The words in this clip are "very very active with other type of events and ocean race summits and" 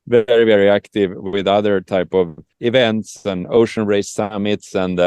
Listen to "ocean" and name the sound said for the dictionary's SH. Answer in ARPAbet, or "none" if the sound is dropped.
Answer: SH